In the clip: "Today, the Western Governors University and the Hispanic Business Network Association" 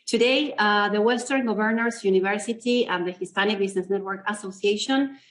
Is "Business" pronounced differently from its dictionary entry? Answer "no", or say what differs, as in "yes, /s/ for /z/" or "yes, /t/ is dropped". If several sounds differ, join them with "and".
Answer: yes, /s/ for /z/